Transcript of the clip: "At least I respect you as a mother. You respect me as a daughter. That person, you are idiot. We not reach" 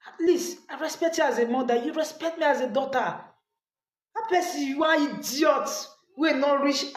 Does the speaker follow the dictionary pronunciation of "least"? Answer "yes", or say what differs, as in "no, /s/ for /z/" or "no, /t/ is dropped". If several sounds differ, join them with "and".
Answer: no, /t/ is dropped